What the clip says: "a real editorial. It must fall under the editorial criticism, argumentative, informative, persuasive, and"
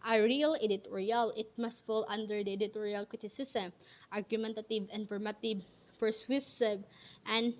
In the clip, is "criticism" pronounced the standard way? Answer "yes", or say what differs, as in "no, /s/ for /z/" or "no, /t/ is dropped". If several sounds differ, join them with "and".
no, /s/ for /z/